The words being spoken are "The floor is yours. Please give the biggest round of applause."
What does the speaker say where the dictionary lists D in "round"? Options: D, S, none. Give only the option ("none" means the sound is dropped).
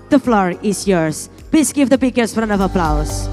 none